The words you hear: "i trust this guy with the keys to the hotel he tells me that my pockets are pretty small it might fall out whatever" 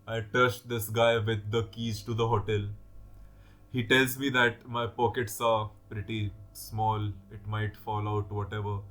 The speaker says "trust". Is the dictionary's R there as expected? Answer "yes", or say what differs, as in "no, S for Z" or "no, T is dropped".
no, R is dropped